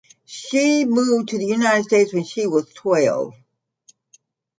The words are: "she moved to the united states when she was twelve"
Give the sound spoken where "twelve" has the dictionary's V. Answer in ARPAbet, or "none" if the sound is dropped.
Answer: none